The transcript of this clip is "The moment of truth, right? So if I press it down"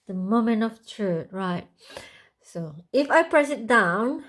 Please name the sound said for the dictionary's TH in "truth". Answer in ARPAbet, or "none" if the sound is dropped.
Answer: T